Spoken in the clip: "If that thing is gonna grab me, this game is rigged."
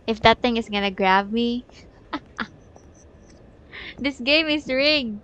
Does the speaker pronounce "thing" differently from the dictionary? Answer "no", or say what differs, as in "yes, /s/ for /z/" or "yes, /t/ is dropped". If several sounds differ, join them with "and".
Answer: yes, /t/ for /θ/